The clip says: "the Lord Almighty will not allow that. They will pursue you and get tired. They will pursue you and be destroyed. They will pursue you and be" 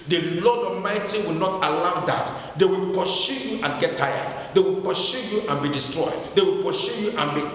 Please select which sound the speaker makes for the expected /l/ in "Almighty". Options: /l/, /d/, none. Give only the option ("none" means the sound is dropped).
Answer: none